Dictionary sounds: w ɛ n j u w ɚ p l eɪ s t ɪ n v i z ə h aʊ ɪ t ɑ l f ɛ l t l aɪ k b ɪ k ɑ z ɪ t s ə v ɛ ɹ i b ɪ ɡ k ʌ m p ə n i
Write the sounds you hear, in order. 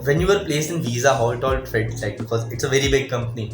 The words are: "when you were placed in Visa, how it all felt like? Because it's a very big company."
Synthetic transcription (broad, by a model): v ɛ n j u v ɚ p l eɪ s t ɪ n v i z ə h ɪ t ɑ l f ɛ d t l aɪ k b ɪ k ɑ z ɪ t s ə v ɛ ɹ i b ɪ ɡ k ʌ m p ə n i